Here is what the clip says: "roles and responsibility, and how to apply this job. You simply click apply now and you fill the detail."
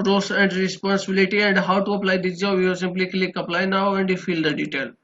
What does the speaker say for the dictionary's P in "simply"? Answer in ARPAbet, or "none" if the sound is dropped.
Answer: P